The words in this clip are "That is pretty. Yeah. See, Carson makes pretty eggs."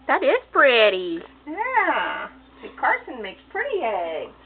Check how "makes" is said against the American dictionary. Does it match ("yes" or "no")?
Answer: yes